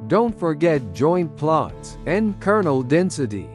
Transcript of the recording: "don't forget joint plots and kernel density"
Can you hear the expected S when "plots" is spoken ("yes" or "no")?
yes